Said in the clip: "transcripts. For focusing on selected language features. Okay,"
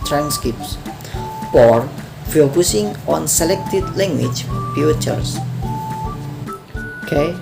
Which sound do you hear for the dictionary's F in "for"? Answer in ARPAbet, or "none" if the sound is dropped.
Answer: P